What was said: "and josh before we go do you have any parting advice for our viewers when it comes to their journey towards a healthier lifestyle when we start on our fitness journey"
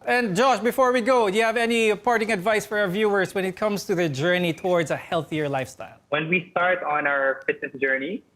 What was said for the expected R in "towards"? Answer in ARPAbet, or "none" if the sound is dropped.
R